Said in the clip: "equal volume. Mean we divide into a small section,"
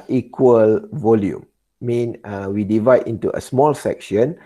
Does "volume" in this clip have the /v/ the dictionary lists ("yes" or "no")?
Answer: yes